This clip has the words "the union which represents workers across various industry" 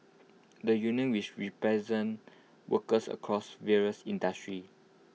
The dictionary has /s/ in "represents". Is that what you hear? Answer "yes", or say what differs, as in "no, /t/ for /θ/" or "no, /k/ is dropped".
no, /s/ is dropped